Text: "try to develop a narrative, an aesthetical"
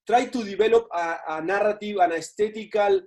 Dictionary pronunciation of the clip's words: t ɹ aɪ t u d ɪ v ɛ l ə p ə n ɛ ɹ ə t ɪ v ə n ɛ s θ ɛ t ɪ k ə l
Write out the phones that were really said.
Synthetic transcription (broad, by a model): t ɹ aɪ t u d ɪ b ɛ l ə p ə n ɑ ɹ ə t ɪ w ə n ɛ s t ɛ t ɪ k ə l